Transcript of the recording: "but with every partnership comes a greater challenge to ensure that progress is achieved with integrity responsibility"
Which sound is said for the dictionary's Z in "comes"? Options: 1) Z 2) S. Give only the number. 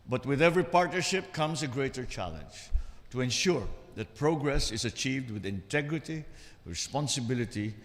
2